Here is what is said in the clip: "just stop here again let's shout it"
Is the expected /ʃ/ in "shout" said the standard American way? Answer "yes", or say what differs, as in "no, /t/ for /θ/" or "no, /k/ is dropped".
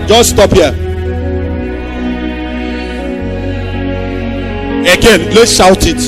yes